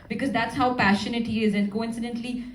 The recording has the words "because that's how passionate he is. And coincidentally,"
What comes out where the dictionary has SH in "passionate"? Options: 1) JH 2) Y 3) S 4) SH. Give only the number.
4